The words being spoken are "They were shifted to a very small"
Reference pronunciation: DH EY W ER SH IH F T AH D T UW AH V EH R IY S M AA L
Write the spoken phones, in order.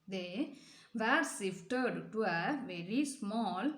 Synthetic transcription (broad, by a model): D EY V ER S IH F T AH D T UW AH V EH R IY S M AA L